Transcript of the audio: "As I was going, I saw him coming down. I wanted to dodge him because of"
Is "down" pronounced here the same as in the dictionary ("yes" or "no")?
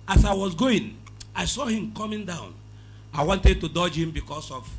yes